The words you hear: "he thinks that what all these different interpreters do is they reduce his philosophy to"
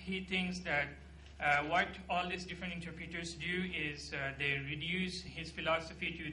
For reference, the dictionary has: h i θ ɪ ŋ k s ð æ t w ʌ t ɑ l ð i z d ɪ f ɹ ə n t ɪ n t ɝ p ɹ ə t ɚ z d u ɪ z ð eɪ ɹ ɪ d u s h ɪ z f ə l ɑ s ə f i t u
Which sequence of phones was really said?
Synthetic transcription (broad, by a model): h i t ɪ ŋ k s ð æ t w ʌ t ɑ l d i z d ɪ f ɹ ə n t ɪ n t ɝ p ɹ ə t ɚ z d u ɪ z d eɪ ɹ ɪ d u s h ɪ z f ə l ɑ s ə f i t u